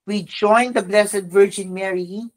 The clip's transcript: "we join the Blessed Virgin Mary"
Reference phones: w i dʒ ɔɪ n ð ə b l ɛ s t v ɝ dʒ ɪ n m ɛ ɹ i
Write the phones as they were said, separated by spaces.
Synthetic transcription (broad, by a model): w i dʒ ɔɪ n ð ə b l ɛ s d v ɝ dʒ ɪ n m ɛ ɹ i